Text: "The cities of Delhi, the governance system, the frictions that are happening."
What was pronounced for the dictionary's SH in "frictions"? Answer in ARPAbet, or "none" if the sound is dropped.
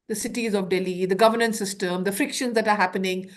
SH